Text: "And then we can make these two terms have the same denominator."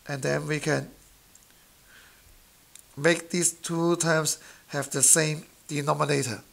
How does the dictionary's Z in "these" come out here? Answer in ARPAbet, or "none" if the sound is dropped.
S